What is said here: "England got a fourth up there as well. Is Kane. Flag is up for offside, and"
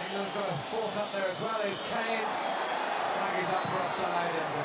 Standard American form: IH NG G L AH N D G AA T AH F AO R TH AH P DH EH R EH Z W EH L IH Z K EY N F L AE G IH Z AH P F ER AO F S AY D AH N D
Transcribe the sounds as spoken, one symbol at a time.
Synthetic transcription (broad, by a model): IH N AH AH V G AA T AH F AO R TH AH P DH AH R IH Z W EH L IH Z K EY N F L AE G IH Z AH P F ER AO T S AY D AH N